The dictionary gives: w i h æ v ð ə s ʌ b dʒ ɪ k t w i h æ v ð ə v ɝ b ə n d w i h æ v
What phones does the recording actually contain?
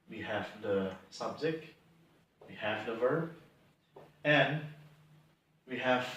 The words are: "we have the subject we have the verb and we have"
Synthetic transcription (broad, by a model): w i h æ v ð ə s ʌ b z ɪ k w i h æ v ð ə v ɝ b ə n w i h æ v